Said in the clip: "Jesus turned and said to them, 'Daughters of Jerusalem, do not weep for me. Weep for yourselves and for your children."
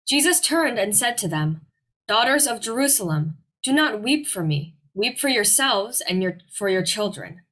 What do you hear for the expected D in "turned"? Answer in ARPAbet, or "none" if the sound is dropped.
D